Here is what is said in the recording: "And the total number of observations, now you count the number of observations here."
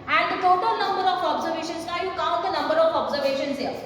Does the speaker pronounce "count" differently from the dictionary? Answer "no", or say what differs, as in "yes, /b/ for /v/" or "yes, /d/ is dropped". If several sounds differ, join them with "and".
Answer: yes, /n/ is dropped